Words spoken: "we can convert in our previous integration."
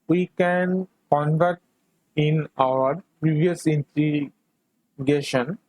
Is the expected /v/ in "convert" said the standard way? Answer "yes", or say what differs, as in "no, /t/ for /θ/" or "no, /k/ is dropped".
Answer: yes